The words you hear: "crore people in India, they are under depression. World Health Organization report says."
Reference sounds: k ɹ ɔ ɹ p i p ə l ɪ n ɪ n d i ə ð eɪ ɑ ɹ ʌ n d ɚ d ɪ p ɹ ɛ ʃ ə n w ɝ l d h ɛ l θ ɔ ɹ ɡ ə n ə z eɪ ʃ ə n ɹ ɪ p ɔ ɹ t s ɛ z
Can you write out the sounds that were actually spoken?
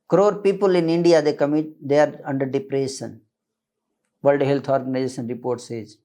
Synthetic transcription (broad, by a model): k ɹ ɔ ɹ p i p ə l ɪ n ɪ n d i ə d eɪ ɑ ɹ ʌ n d ɚ d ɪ p ɹ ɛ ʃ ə n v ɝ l d h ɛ l t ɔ ɹ ɡ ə n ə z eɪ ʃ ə n ɹ ɪ p ɔ ɹ t s ɛ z